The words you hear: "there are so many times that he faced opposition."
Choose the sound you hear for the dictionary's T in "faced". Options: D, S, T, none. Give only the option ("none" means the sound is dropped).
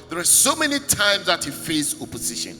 none